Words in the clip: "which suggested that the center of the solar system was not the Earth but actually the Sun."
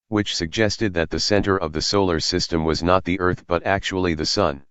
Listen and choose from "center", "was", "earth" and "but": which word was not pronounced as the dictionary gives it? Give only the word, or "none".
none